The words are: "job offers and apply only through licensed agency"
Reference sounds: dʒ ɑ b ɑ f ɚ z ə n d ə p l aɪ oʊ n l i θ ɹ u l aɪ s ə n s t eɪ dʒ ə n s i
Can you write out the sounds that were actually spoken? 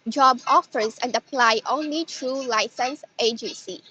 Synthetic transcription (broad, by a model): dʒ ɑ b ɑ f ɚ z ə n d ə p l aɪ oʊ n l i t ɹ u l aɪ s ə n s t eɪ dʒ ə n s i